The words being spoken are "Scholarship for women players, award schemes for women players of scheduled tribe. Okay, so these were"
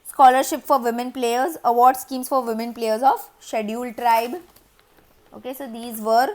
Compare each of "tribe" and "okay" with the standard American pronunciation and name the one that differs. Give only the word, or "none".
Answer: none